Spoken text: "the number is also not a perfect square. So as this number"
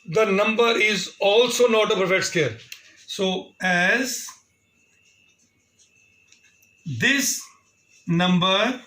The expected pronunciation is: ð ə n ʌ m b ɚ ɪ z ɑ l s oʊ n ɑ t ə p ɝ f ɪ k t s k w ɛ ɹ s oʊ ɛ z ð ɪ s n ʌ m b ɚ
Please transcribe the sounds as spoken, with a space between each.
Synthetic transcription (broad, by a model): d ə n ʌ m b ɚ ɪ z ɑ l s oʊ n ɑ t ə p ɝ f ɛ t s k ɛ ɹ s oʊ ɛ z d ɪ s n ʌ m b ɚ